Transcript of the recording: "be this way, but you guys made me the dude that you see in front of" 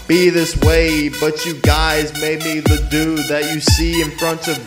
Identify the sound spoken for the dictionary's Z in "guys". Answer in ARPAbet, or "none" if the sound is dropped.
Z